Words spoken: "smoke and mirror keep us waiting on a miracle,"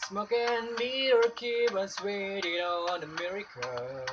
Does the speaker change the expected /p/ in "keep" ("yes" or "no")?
yes